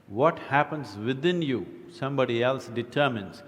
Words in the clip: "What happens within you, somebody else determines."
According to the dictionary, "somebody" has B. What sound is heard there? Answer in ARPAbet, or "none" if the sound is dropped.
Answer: B